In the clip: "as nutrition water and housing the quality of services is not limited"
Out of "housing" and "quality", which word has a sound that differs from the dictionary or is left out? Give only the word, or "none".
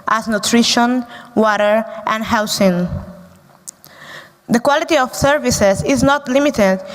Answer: housing